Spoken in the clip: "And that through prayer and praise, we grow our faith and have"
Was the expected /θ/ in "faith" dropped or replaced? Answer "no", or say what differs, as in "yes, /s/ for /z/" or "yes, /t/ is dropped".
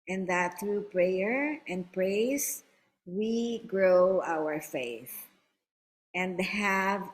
no